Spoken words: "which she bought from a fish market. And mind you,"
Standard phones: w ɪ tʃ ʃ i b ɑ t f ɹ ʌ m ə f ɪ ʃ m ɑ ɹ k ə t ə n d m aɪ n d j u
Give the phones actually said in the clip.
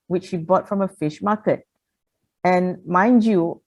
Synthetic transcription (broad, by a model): w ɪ tʃ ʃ i b ɑ t f ɹ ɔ m ə f ɪ ʃ m ɑ k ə t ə n m aɪ n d j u